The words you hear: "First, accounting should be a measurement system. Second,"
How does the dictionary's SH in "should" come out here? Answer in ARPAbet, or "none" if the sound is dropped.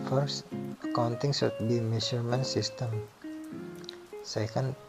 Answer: S